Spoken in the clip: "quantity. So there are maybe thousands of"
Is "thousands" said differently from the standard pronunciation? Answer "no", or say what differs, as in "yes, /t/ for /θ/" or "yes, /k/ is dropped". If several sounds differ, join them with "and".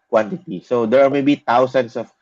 yes, /t/ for /θ/ and /s/ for /z/ and /s/ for /z/